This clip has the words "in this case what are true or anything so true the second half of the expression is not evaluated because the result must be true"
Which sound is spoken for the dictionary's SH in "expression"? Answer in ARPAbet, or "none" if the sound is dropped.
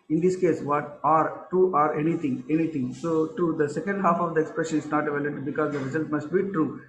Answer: SH